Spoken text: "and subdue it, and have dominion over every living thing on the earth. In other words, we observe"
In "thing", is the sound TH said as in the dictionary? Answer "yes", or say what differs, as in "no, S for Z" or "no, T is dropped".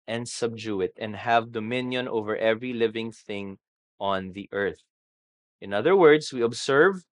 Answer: yes